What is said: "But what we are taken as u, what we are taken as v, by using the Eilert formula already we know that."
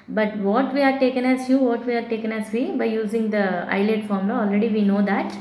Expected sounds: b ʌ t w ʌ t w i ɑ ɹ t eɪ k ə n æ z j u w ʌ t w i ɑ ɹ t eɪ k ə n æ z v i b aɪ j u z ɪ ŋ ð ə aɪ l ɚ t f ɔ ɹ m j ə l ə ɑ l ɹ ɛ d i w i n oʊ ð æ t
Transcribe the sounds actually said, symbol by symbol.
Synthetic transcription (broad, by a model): b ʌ t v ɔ t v i ɑ ɹ t eɪ k ə n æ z j u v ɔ t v i ɑ ɹ t eɪ k ə n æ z v i b aɪ j u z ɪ ŋ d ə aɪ l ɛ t f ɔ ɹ m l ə ɑ l ɹ ɛ d i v i n oʊ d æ t